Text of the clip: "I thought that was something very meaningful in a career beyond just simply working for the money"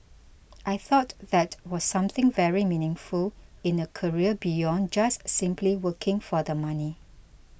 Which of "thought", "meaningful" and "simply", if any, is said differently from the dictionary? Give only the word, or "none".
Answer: none